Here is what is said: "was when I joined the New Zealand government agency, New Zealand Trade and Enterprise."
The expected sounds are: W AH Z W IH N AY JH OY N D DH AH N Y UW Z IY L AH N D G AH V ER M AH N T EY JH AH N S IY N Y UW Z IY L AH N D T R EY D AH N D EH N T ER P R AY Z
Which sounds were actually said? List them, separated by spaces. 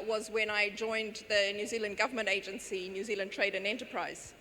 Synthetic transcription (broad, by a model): W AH Z W IH N AY JH OY N DH AH N Y UW Z IY L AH N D G AH V ER M AH N T EY JH AH N S IY N Y UW Z IY L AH N T R EY D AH N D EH N T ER P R AY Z